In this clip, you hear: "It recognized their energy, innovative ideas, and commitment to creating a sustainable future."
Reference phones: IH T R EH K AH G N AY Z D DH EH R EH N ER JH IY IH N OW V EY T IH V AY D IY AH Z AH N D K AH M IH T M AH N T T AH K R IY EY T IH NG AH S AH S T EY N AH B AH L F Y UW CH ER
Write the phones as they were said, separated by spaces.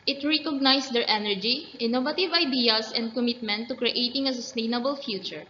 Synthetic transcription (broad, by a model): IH T R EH K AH G N AY S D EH R EH N ER JH IY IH N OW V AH T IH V AY D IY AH S AH N D K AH M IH T M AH N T T AH K R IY EY T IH NG AH S AH S T EY N AH B AH L F Y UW CH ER